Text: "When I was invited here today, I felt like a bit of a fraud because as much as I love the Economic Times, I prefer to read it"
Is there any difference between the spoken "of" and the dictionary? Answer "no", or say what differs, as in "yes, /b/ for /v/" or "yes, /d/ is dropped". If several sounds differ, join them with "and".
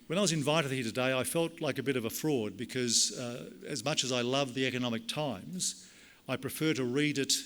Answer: no